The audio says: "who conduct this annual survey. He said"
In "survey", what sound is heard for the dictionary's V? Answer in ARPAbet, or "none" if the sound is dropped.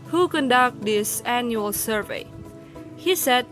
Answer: V